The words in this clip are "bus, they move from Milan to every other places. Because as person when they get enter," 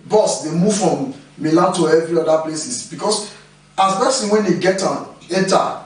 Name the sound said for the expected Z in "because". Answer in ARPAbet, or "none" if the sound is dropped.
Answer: S